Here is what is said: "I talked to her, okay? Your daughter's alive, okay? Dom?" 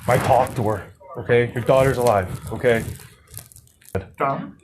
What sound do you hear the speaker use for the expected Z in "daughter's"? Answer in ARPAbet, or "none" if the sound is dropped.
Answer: Z